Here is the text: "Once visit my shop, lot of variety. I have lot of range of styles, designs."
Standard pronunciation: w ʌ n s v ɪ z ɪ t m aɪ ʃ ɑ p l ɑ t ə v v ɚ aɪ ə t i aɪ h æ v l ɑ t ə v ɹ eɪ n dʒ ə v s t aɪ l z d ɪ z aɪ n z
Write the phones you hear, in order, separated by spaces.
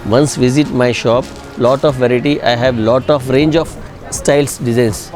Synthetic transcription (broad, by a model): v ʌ n s v ɪ z ɪ t m aɪ ʃ ɑ p l ɑ t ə f v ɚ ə t i aɪ h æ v l ɑ t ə f ɹ eɪ n dʒ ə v s t aɪ l s d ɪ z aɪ n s